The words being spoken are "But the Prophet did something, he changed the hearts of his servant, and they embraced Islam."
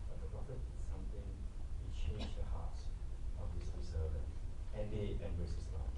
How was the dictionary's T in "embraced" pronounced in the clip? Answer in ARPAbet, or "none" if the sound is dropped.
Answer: none